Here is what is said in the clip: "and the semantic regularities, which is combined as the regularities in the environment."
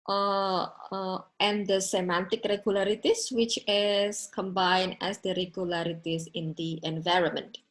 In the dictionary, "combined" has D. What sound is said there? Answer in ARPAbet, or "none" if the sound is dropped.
none